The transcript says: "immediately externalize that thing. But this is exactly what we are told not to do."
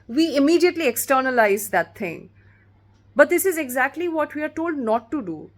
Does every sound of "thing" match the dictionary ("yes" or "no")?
no